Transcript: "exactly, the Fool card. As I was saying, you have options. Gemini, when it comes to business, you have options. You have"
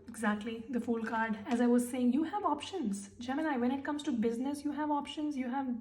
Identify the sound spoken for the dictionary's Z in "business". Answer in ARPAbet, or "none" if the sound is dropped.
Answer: Z